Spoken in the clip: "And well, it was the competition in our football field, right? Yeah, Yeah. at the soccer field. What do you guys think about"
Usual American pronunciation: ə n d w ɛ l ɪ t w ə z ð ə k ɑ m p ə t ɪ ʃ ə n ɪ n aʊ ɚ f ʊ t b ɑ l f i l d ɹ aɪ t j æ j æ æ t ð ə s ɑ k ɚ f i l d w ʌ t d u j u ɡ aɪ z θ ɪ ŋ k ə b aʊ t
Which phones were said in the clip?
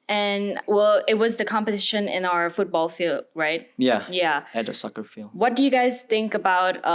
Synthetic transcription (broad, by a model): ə n w ɛ l ɪ t w ə z ð ə k ɑ m p ə t ɪ ʃ ə n ɪ n aʊ ɚ f ʊ t b ɑ l f i l d ɹ aɪ t j æ j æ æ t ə s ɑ k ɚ f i l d w ʌ t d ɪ j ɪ ɡ aɪ z θ ɪ ŋ k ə b aʊ t